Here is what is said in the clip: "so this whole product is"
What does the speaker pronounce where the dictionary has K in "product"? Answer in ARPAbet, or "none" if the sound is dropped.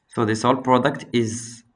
K